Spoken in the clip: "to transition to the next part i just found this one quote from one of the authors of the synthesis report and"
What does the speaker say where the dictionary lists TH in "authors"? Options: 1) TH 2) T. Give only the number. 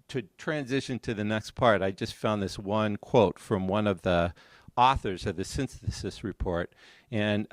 1